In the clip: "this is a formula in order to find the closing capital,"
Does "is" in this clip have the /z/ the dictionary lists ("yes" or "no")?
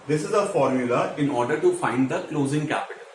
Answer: yes